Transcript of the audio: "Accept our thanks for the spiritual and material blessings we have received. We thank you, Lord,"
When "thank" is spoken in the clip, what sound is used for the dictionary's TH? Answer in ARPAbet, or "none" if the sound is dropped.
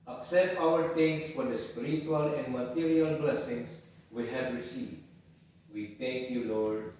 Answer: T